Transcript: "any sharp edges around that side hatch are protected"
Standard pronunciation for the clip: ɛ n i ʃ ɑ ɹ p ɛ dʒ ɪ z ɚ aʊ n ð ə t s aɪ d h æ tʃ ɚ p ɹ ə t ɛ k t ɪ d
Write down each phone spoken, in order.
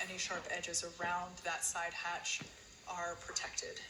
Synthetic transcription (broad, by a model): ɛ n i ʃ ɑ ɹ p ɛ dʒ ɪ z ɚ aʊ n ð ə t s aɪ d h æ tʃ ɚ p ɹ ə t ɛ k t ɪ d